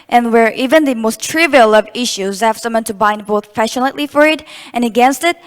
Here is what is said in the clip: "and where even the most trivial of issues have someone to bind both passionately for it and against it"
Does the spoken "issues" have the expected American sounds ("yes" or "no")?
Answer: yes